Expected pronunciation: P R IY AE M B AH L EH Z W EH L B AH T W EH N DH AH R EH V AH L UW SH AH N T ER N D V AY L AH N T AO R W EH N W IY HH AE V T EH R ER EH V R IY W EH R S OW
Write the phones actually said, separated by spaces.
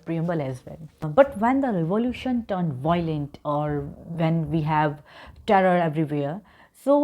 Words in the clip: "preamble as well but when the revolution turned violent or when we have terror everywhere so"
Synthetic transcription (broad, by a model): P R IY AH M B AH L EH Z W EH L B AH T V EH N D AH R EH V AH L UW SH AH N T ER N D V AY L AH N T AO R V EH N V IY HH AE V T EH R ER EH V R IY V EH R S OW